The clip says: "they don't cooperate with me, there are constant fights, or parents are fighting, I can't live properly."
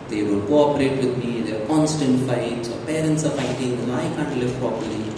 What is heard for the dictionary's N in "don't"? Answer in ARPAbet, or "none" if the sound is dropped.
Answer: L